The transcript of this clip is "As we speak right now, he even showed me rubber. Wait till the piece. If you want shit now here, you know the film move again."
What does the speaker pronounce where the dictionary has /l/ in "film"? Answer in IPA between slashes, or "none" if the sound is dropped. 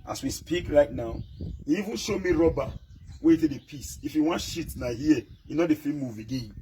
none